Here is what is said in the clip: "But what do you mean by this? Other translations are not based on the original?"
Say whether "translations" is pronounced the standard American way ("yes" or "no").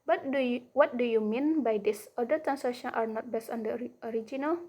no